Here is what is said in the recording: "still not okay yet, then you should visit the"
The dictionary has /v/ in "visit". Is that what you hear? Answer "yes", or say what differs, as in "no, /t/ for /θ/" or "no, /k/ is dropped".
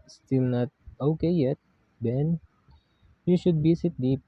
no, /b/ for /v/